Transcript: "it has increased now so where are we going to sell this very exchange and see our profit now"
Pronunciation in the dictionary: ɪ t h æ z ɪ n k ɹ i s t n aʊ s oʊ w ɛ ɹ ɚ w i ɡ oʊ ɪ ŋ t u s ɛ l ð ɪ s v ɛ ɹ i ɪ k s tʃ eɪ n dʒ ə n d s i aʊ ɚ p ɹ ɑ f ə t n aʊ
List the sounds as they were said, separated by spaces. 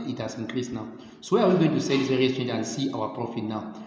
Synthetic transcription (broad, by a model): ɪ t h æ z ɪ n k ɹ i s n aʊ s oʊ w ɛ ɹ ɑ w i ɡ oʊ ɪ ŋ t u s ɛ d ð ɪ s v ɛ ɹ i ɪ s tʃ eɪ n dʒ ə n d s i aʊ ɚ p ɹ ɑ f ə t n aʊ